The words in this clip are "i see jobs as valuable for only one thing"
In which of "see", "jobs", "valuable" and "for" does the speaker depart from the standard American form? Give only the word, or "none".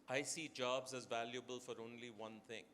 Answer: none